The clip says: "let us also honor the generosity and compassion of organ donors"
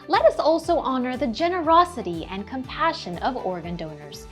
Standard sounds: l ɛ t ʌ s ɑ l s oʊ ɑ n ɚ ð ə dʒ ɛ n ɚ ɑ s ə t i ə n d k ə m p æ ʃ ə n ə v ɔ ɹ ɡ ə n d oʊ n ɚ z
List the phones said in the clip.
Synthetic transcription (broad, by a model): l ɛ t ʌ s ɑ l s oʊ ɑ n ɚ ð ə dʒ ɛ n ɚ ɑ s ə t i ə n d k ə m p æ ʃ ə n ə v ɔ ɹ ɡ ə n d oʊ n ɚ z